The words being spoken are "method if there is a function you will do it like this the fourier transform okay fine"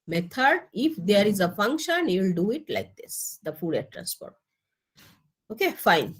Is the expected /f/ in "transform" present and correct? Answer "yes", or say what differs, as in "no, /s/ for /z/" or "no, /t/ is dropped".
no, /p/ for /f/